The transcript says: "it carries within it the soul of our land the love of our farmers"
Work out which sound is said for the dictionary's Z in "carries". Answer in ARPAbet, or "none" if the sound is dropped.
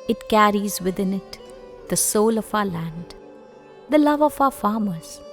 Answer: Z